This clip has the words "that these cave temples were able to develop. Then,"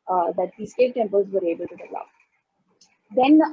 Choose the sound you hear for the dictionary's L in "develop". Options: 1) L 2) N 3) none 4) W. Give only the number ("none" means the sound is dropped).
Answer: 3